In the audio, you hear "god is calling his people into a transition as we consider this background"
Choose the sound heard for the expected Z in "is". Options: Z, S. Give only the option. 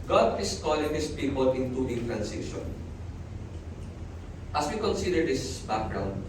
S